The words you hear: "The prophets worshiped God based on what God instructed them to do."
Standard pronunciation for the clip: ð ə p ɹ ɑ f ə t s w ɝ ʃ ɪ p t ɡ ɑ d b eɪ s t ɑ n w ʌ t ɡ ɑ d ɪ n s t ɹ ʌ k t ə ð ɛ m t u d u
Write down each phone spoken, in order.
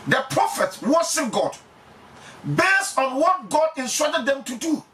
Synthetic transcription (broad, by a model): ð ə p ɹ ɑ f ə t s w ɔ s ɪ ɡ ɑ d b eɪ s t ɑ n w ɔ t ɡ ɑ d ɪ n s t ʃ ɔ t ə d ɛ m t u d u